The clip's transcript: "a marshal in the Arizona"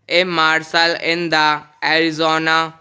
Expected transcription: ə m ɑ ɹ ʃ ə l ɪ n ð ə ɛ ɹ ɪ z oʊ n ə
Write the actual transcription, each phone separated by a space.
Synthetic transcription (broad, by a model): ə m ɑ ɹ s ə l ɪ n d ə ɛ ɹ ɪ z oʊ n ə